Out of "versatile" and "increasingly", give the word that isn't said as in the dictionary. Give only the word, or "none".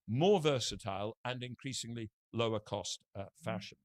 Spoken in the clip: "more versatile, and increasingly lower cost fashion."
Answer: none